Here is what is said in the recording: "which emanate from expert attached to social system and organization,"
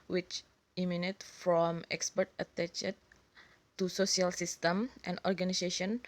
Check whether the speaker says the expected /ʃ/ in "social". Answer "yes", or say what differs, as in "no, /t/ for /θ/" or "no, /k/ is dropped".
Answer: no, /s/ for /ʃ/